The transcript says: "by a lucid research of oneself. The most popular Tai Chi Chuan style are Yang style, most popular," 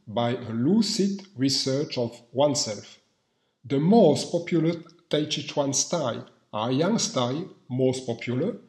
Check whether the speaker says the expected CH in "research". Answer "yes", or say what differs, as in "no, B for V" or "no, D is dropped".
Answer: yes